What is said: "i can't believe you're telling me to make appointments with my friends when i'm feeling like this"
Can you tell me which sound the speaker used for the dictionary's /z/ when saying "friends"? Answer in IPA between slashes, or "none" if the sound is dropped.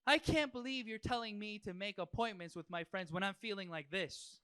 /z/